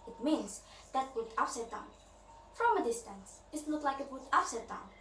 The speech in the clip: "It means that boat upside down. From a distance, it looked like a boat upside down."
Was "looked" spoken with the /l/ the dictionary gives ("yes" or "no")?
no